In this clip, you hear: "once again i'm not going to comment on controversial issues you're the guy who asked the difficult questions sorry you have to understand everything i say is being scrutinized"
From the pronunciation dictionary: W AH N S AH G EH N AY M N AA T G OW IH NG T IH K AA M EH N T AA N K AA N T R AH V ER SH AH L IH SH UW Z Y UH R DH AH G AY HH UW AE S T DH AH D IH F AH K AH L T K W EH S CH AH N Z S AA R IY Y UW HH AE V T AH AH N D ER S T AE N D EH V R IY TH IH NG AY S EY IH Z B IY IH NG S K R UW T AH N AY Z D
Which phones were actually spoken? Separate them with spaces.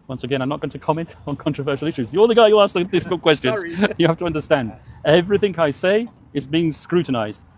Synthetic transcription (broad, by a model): W AH N S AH G EH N AY M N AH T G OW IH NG T IH K AA M EH N T N K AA N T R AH V ER SH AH L IH SH UW Z Y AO L DH AH G AY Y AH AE S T DH AH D IH F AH K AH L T K W EH S CH AH N Z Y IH HH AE F T AH AH N D ER S T AE N D EH V R IY TH IH NG AY S EY IH Z B IY IH NG S K R UW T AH N AY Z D